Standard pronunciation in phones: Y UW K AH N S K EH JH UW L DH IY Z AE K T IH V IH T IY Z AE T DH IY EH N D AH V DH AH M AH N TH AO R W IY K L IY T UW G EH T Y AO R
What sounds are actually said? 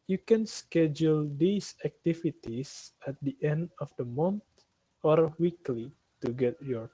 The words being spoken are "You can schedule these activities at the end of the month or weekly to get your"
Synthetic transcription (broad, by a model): Y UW K AH N S K EH JH UW L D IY S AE K T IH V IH T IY S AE T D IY EH N D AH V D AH M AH N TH AO R W IY K L IY T UW G EH T Y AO R